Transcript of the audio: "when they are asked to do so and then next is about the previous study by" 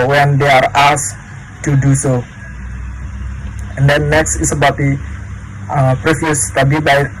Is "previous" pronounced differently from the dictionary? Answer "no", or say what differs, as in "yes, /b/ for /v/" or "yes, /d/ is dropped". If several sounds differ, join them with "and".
yes, /f/ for /v/